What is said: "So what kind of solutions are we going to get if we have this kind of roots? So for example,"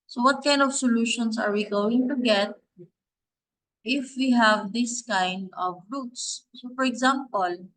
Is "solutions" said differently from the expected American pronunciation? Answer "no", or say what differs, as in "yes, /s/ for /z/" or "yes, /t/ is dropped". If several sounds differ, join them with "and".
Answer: yes, /s/ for /z/